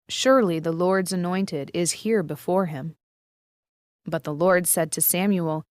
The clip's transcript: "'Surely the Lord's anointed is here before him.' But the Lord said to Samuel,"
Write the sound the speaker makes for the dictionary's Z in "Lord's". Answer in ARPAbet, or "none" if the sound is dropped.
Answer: Z